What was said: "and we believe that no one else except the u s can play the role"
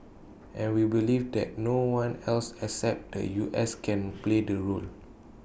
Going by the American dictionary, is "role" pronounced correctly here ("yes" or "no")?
yes